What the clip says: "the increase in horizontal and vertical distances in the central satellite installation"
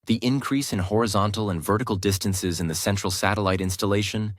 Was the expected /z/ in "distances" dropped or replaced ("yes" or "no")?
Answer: no